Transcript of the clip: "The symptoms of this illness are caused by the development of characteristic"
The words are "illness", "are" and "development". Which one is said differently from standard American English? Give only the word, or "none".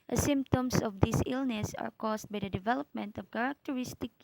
none